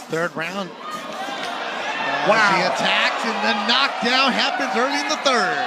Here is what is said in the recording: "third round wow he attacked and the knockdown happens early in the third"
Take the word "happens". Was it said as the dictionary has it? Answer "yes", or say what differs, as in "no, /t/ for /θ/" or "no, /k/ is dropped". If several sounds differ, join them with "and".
yes